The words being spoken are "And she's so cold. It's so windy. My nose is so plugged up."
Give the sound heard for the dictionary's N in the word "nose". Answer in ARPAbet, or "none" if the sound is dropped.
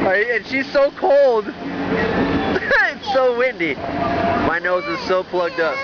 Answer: N